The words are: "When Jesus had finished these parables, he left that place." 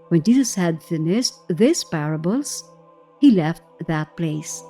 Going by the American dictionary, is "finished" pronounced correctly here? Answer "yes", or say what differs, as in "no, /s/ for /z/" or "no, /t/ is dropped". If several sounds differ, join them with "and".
no, /s/ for /ʃ/